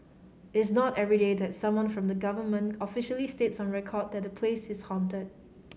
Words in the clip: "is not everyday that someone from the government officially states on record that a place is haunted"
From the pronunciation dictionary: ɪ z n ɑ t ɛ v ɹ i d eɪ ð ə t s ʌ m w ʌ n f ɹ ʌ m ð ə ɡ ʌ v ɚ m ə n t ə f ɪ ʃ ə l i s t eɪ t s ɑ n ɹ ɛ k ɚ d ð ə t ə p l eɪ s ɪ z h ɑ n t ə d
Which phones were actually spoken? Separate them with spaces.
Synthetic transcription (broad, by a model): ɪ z n ɑ t ɛ v ɹ i d eɪ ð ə t s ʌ m w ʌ n f ɹ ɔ m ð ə ɡ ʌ v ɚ m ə n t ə f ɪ ʃ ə l i s t eɪ t s ɑ n ɹ ɛ k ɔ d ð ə t ə p l eɪ s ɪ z h ɑ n t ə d